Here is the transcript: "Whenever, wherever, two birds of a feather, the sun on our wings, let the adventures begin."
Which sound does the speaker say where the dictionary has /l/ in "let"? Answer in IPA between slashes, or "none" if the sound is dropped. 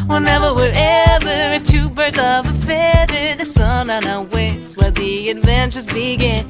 /w/